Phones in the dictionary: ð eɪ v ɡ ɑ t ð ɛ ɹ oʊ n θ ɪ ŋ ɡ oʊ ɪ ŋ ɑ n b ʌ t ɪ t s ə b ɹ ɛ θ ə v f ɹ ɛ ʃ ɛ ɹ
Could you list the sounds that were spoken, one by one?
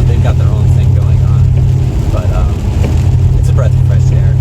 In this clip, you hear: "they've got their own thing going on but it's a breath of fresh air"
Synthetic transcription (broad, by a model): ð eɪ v ɡ ɑ t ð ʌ ɹ oʊ n θ ɪ ŋ ɡ oʊ ɪ ŋ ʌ n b ʌ t ɪ t s ə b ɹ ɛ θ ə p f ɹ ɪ s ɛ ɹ